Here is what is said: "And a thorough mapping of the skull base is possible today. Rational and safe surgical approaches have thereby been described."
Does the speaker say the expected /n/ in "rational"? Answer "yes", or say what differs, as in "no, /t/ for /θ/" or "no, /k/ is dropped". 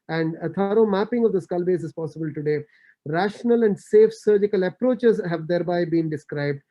yes